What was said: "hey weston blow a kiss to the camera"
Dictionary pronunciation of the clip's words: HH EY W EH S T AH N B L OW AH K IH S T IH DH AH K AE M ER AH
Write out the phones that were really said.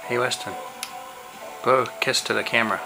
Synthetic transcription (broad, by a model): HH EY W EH S T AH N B OW AH K IH S T IH DH AH K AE M ER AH